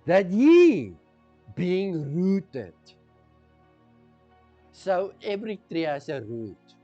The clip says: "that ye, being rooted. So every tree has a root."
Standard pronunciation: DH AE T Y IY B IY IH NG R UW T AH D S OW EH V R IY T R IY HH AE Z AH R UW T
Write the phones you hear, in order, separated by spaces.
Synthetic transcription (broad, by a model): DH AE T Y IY B IY IH NG R UW T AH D S OW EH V R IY T R IY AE S AH R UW T